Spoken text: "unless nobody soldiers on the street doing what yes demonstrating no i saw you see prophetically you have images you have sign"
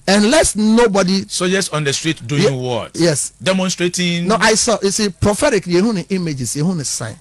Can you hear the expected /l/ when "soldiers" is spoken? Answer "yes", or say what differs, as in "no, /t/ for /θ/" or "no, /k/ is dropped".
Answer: no, /l/ is dropped